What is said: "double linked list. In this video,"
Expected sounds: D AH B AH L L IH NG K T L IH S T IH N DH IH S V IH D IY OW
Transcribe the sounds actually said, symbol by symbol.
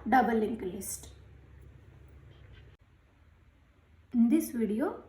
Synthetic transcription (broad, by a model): D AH B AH L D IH K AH L IH S T IH N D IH S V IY D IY OW